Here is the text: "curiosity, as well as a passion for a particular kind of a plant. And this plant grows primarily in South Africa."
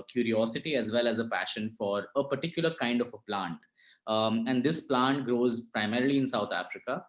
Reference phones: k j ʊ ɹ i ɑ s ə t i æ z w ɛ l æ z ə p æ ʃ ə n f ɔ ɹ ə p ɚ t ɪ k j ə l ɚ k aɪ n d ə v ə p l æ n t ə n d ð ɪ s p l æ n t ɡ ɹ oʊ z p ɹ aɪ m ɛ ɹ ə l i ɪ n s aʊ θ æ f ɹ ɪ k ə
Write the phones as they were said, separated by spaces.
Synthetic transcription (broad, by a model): k j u ɹ i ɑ s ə t i æ z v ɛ l æ z ə p æ ʃ ə n f ɔ ɹ ə p ɚ t ɪ k j ə l ɚ k aɪ n d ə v ə p l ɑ n t ə n d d ɪ s p l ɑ n t ɡ ɹ oʊ z p ɹ aɪ m ɛ ɹ ə l i ɪ n s aʊ t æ f ɹ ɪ k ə